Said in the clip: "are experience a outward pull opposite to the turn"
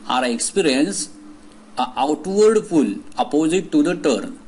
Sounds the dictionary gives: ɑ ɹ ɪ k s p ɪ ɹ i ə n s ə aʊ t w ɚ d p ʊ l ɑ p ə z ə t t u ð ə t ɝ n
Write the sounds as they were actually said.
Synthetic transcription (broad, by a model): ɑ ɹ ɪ k s p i ɹ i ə n s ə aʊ t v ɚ d f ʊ l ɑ p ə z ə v t u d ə t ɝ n